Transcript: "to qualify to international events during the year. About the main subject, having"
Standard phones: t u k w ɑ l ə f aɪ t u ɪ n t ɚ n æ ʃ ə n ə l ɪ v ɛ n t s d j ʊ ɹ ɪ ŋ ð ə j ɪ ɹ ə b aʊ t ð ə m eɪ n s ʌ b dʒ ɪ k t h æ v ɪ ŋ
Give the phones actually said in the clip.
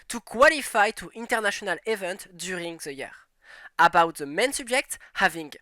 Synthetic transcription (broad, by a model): t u k w ɑ l ə f aɪ t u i n t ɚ n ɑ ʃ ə n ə l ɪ v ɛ n t d j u ɹ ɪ ŋ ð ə j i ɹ ə b aʊ t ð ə m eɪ n s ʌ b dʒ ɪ k t h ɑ v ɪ ŋ